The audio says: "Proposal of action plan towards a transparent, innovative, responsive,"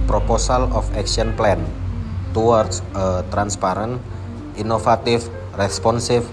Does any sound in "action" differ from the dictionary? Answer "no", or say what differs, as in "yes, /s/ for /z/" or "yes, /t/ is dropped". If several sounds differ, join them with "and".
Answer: yes, /s/ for /ʃ/